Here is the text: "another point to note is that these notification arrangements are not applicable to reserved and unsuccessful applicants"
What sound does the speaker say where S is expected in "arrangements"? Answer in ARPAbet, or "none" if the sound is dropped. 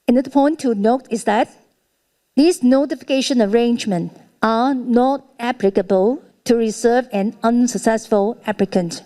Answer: none